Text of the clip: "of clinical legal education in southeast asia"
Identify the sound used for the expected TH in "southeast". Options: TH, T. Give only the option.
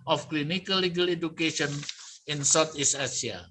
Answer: T